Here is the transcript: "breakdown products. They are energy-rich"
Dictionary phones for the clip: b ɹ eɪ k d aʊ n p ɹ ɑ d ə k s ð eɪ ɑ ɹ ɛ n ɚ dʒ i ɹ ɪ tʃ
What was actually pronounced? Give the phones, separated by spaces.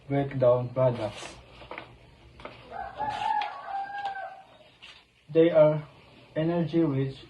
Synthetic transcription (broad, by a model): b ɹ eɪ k d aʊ n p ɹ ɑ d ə s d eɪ ɑ ɹ ɛ n ɚ dʒ i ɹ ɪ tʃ